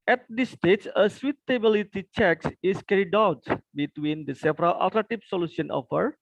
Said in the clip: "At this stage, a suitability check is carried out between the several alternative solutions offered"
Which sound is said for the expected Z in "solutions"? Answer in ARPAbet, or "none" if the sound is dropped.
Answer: none